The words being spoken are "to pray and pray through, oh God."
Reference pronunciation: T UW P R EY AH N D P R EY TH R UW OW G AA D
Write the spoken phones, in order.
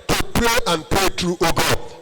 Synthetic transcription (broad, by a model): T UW P R EY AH N P R EY T R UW OW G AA